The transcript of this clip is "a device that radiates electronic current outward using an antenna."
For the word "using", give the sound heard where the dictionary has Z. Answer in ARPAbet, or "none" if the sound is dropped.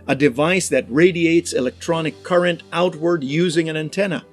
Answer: Z